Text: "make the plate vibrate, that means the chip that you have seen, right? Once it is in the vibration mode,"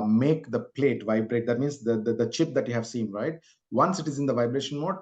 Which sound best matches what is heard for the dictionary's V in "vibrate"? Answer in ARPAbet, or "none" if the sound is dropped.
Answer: V